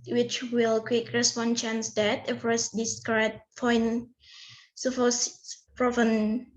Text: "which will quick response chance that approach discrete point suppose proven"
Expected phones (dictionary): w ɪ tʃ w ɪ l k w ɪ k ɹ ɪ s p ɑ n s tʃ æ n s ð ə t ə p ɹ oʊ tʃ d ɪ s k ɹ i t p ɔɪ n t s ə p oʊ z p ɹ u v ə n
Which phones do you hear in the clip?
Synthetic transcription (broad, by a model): w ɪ tʃ w ɪ l k w ɪ k ɹ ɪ s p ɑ n tʃ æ n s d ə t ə f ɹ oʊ s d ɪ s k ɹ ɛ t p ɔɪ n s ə f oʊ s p ɹ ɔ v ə n